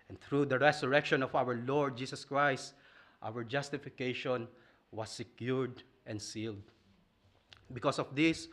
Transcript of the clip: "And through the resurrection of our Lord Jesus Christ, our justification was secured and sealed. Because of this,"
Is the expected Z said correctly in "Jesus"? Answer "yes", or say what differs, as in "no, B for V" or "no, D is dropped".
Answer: no, S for Z